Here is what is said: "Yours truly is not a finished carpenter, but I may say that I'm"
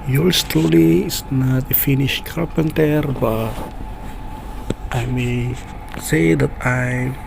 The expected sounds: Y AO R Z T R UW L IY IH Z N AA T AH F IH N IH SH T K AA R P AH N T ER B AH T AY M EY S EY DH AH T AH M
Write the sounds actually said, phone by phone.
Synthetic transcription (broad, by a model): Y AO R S T AO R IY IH S N AA T AH F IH N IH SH K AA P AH N T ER B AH T AY M EY S EY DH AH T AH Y